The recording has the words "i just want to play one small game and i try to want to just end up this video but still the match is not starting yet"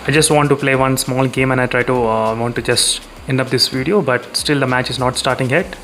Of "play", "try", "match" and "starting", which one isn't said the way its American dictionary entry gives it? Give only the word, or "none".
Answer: none